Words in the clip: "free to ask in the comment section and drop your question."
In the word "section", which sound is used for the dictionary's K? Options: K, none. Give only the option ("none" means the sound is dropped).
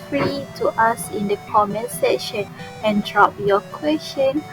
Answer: none